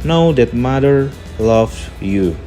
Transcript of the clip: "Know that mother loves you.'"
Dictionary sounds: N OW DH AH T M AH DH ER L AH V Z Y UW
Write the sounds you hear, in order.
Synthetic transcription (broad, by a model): N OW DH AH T M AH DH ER L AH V Y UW